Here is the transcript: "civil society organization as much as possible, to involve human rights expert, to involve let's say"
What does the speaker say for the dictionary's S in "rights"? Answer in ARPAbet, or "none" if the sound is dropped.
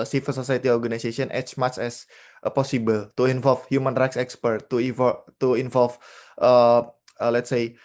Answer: S